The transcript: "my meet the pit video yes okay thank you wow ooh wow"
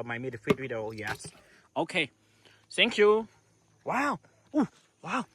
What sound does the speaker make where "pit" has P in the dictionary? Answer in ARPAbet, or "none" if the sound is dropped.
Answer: F